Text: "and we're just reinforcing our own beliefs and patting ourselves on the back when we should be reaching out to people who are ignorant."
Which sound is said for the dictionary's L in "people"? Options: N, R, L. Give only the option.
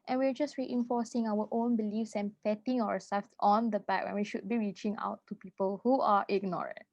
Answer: L